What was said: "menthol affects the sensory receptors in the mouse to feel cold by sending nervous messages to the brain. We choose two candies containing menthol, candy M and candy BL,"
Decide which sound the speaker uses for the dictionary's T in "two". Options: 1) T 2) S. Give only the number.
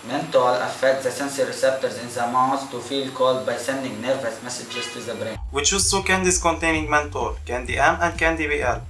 2